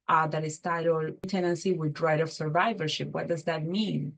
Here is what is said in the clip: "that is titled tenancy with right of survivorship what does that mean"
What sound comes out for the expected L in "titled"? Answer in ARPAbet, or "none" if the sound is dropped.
none